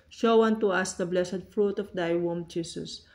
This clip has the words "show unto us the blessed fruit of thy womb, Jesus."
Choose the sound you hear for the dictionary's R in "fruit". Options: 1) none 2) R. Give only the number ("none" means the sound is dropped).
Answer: 2